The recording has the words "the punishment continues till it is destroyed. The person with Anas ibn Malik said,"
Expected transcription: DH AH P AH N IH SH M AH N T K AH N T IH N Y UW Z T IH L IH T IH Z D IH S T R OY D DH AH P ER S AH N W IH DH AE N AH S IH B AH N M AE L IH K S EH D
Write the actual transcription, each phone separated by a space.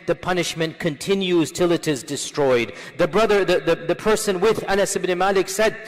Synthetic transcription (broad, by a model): DH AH P AH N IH SH M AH N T K AH N T IH N Y UW Z T IH L IH T IH Z D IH S T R OY D DH AH P ER S AH N W IH DH AE N AH S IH B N M AE L IH K S EH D